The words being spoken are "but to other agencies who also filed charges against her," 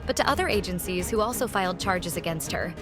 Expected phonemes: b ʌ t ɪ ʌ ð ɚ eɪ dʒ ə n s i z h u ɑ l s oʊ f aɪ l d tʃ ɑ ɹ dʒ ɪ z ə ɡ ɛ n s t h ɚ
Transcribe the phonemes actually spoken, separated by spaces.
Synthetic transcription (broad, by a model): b ʌ t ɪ ʌ ð ɚ eɪ dʒ ə n s i z h u ɑ l s oʊ f aɪ l d tʃ ɑ ɹ dʒ ɪ z ə ɡ ɛ n s t h ɚ